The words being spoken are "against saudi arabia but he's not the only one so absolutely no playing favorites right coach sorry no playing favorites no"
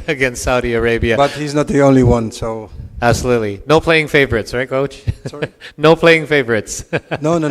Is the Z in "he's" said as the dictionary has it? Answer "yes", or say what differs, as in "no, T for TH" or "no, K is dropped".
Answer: yes